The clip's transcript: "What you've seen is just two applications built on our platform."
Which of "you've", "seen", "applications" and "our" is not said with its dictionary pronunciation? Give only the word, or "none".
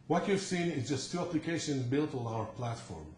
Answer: applications